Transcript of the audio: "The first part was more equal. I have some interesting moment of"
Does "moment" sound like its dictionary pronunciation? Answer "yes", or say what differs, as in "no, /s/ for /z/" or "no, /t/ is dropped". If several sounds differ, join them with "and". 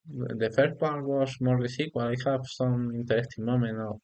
no, /t/ is dropped